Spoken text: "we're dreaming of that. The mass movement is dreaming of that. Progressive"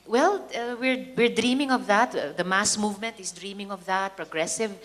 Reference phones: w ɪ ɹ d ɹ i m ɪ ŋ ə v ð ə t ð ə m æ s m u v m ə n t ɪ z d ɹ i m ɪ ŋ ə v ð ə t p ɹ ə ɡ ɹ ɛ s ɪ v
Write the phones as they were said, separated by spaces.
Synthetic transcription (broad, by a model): w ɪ ɹ d ɹ i m ɪ ŋ ə v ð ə t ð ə m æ s m u v m ə n t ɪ s d ɹ i m ɪ ŋ ə v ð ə t p ɹ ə ɡ ɹ ɛ s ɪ v